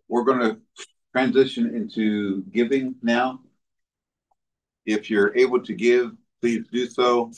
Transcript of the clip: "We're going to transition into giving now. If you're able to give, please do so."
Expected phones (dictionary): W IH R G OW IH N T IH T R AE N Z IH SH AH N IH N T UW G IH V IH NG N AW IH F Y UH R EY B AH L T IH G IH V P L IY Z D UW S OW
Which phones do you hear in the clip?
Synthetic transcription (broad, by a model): W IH R G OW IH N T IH T R AE N Z IH SH AH N IH N T UW G IH V IH NG N AW IH F Y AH R EY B L T IH G IH V P L IY Z D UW S OW